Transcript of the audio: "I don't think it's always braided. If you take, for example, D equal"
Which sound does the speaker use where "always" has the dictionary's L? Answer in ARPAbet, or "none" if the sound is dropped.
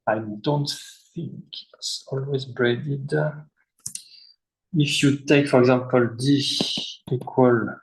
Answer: L